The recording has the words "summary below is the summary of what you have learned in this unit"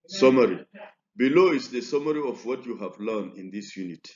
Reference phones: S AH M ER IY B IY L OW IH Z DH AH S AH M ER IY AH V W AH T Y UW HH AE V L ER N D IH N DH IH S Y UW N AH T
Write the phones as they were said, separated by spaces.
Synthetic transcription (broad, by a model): S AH M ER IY B IY L OW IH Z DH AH S AH M ER IY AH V W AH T Y UW HH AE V L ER N IH N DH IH S Y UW N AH T